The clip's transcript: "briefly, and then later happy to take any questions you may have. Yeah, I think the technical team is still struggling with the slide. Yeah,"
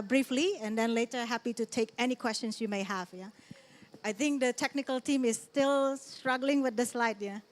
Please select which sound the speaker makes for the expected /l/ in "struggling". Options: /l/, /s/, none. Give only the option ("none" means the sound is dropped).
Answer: /l/